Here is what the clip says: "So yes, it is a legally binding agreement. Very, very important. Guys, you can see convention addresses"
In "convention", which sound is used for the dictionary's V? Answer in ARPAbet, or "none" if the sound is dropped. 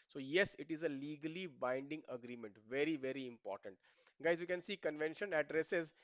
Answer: V